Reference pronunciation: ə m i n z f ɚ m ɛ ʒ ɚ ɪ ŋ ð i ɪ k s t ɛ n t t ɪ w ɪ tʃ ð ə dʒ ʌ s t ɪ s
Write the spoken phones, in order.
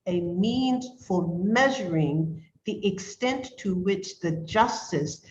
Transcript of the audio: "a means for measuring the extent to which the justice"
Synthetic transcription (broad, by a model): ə m i n z f ɚ m ɛ ʒ ɚ ɪ ŋ ð i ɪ k s t ɛ n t t ɪ w ɪ tʃ ð ə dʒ ʌ s t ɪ s